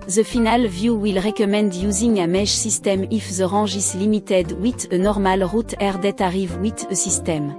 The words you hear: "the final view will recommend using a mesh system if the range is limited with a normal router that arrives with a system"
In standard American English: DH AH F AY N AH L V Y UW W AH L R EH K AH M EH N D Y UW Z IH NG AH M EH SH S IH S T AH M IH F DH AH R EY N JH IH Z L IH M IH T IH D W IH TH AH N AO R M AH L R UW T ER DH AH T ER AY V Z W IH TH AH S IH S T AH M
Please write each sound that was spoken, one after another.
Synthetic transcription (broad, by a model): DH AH F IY N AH L V Y UW W AH L R EH K AH M EH N D Y UW Z IH NG AH M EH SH S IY S T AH M IH F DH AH R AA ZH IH S L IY M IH T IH D W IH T AH N AO R M AH L R UW T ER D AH T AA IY V W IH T AH S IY S T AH M